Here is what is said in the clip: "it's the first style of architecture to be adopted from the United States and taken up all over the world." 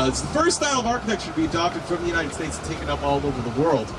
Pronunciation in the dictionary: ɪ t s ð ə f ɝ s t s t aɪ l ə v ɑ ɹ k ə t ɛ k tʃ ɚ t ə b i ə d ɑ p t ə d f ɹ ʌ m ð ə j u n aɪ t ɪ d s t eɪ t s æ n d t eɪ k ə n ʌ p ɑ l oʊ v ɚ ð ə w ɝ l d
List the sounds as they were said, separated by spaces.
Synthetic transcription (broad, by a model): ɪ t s ð ə f ɝ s s t aɪ l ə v ɑ ɹ k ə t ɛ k ʃ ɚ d b i ə d ɑ p t ə d f ɹ ʌ m ð ə j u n aɪ t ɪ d s t eɪ t s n t eɪ k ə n ʌ p ɑ l oʊ v ɚ ð ə w ɝ l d